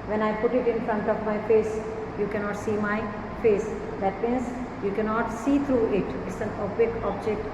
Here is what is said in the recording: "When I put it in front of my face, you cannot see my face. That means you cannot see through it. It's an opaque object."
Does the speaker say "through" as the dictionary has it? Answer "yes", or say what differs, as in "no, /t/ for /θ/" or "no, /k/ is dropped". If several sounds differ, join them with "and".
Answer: no, /t/ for /θ/